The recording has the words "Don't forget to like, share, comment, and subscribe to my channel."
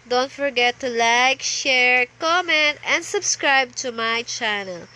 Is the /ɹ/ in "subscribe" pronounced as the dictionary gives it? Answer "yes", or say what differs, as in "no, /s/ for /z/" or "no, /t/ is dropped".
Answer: yes